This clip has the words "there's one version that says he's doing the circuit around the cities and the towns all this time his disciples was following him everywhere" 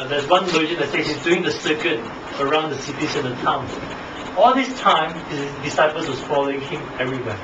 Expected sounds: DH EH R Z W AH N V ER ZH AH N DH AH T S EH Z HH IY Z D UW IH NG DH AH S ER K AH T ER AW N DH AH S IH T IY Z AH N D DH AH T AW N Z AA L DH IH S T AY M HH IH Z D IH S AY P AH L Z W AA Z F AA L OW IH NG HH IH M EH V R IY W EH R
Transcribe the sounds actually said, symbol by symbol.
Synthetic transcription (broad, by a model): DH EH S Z W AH N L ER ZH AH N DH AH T S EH HH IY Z D UW IH NG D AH S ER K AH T ER AW N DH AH S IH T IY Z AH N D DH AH T AW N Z AA L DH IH S T AY M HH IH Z D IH S AY P AH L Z W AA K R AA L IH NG HH IH M EH V R IY W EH